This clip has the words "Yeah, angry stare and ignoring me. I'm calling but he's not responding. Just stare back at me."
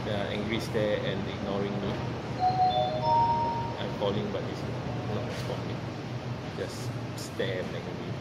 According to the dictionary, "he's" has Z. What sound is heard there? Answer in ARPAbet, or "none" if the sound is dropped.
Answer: S